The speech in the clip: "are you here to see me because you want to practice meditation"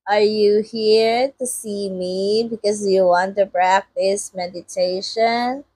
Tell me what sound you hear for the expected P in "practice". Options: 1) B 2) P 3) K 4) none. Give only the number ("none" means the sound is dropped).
1